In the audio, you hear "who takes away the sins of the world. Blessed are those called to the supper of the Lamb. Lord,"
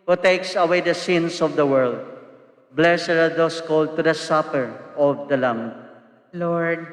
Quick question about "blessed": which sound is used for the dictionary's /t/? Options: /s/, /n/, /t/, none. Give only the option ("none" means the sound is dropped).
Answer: none